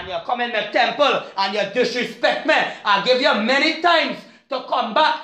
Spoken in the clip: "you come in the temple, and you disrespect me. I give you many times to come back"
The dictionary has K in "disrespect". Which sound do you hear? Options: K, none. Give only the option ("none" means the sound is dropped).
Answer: K